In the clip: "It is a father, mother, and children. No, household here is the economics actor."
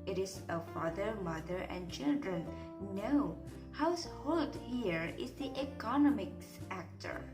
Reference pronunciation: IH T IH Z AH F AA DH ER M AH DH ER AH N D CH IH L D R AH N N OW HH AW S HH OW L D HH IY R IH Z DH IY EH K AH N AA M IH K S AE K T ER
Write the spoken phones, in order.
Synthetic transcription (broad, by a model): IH T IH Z AH F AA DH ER M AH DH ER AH N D CH IH L D R AH N N OW HH AW S HH OW L D HH IY R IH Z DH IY EH K AH N AA M IH K S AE K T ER